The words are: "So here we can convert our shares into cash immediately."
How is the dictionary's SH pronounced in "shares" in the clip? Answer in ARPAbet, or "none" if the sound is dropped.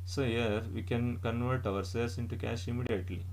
S